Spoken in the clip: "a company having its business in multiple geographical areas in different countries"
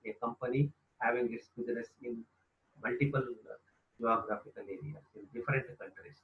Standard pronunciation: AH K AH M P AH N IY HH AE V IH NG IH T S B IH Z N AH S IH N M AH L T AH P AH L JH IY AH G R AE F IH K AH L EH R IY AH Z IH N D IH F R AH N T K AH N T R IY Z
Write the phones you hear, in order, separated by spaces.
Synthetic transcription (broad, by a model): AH K AH M P AH N IY HH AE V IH NG IH T S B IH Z N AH S IH N M AH L T AH P AH L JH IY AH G R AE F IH K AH L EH R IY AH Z IH N D IH F R AH N T K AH N T R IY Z